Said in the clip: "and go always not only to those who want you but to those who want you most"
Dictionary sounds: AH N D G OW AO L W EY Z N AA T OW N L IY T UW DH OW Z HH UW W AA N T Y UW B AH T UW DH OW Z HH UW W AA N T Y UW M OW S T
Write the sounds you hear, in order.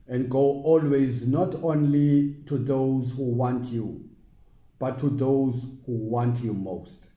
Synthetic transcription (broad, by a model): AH N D G OW AO L W EY Z N AA T OW N L IY T UW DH OW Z HH UW W AA N T Y UW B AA T UW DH OW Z HH UW W AA N T Y UW M OW S T